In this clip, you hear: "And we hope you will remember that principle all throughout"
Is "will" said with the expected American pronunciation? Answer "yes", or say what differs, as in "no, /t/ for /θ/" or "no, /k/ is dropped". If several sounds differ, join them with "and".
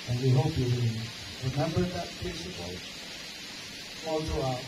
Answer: no, /n/ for /l/